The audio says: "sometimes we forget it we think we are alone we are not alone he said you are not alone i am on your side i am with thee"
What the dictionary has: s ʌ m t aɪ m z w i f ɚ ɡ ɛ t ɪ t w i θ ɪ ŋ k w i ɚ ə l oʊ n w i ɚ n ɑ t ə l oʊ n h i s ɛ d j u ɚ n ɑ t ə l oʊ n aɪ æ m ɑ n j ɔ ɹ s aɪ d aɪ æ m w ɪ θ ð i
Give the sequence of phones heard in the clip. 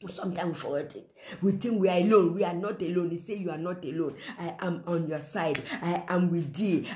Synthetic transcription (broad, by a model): s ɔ m t aɪ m w i f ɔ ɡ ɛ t ɪ t w i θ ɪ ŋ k w i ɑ ə l oʊ n w i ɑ n ɑ t ə l oʊ n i s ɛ j u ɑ n ɑ t ə l oʊ n aɪ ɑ m ɑ n j ɔ s aɪ d aɪ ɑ m w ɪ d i